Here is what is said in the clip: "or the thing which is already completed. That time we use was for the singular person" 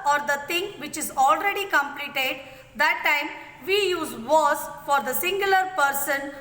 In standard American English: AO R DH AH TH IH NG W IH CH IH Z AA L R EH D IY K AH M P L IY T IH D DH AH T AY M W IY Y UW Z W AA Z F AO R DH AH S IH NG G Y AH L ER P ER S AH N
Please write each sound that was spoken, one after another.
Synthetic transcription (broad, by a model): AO R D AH T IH NG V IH CH IH Z AA L R EH D IY K AH M P L IY T IH D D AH T AY M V IY Y UW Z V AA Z F AO R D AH S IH NG G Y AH L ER P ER S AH N